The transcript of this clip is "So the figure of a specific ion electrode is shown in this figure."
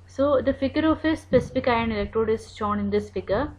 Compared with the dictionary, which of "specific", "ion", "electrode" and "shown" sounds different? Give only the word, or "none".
none